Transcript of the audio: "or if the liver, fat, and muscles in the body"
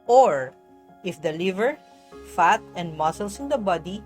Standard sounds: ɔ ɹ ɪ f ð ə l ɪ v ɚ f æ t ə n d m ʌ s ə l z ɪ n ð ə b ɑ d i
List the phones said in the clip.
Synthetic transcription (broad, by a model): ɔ ɹ ɪ f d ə l ɪ v ɚ f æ t ə n d m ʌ s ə l s ɪ n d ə b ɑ d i